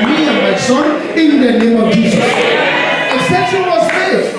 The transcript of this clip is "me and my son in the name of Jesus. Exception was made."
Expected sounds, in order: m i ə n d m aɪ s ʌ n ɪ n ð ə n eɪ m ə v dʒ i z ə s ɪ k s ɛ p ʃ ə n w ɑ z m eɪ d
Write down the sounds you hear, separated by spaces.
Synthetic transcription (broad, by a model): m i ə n m aɪ s ʌ n ɪ n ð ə n eɪ m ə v dʒ i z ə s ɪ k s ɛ ʃ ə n w ɑ z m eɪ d